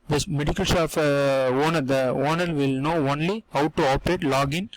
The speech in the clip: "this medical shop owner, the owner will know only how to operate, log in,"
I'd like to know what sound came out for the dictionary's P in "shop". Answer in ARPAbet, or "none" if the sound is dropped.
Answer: F